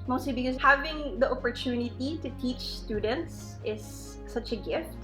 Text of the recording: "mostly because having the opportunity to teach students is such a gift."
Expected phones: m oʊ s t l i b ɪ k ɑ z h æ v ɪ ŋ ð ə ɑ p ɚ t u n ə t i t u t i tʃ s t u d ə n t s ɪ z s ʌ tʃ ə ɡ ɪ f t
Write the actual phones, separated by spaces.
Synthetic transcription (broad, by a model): m oʊ s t l i b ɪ k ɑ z h æ v ɪ ŋ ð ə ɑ p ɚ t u n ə t i t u t i tʃ s t u d ə n t s ɪ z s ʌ tʃ ə ɡ ɪ f t